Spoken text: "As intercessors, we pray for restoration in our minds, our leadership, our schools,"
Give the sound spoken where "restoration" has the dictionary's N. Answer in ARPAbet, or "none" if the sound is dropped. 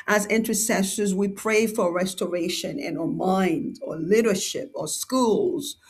N